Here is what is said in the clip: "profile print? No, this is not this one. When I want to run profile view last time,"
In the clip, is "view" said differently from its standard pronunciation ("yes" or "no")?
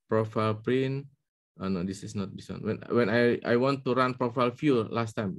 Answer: yes